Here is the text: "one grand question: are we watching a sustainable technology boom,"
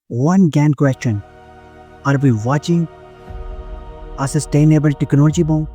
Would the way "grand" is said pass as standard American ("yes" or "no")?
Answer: no